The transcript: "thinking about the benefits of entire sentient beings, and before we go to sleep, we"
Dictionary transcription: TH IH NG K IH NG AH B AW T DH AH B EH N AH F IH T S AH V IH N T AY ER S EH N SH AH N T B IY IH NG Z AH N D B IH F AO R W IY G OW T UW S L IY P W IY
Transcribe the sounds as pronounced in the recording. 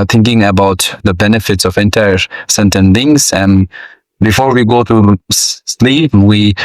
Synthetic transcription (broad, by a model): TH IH NG K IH NG AH B AW T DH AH B EH N AH F IH T S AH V IH N T AY ER S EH N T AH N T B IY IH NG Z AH N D B IH F AO R W IY G OW T UW S L IY P W IY